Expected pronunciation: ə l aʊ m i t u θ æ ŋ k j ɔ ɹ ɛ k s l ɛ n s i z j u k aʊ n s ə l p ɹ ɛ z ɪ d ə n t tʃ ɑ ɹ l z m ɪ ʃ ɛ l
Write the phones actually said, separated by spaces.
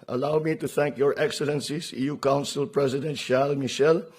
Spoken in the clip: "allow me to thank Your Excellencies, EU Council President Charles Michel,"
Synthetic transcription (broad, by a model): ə l aʊ m i t u θ æ ŋ k j ɔ ɹ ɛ k s l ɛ n s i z j u k aʊ n s ə l p ɹ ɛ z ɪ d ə n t ʃ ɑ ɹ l m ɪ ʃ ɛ l